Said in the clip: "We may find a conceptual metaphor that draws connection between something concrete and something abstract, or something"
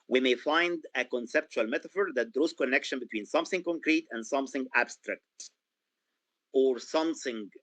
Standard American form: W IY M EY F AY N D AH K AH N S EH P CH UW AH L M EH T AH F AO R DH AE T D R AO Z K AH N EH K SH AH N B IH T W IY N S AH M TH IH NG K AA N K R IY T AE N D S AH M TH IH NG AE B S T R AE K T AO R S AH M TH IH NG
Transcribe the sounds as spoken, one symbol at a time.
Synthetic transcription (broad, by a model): W IY M EY F AY N D AH K AH N S EH P CH UW AH L M EH T AH F AO R DH AE T D R AO Z K AH N EH K SH AH N B IH T W IY N S AH M TH IH NG K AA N K R IY T AE N D S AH M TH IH NG AE B S T R AE K T AO R S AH M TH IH NG